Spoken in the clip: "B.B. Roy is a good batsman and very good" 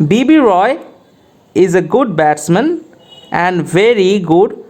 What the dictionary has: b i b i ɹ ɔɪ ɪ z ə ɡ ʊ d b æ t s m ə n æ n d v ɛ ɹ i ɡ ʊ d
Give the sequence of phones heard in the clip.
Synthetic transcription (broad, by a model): b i b i ɹ ɔɪ ɪ z ə ɡ ʊ d b æ t s m ə n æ n d v ɛ ɹ i ɡ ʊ d